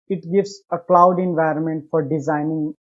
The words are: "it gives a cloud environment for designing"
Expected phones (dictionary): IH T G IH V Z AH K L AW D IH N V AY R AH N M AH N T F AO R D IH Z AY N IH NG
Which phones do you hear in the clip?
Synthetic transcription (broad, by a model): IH T G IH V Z AH K L AW D IH N V AY R AH N M AH N T F AO R D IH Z AY N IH NG